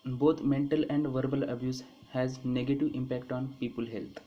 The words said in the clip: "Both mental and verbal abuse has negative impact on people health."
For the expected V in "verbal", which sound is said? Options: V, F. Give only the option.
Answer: V